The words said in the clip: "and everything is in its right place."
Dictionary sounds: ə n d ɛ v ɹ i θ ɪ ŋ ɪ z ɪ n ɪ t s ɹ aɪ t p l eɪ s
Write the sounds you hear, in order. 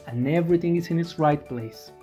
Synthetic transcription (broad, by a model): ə n ɛ v ɹ i θ ɪ ŋ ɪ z ɪ n ɪ t s ɹ aɪ t p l eɪ s